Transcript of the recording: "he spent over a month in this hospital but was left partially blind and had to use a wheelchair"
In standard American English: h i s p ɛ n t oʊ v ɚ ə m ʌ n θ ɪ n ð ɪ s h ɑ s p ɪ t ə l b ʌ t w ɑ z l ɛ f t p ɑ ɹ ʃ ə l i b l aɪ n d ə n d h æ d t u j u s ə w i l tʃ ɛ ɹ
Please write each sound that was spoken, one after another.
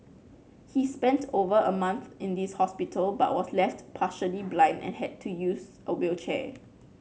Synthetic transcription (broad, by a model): h i s p ɛ n t oʊ v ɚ ə m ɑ n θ ɪ n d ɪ s h ɑ s p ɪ t ə l b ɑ t w ɑ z l ɛ f t p ɑ ʃ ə l i b l aɪ n d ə n h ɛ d t u j u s ə w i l tʃ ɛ